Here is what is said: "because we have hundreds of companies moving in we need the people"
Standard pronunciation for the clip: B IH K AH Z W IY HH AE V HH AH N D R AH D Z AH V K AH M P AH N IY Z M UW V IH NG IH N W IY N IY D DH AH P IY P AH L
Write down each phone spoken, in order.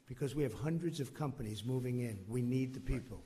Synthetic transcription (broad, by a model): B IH K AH Z W IY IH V HH AH N D R AH D Z AH V K AH M P AH N IY Z M UW V IH NG IH N W IY N IY D DH AH P IY P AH L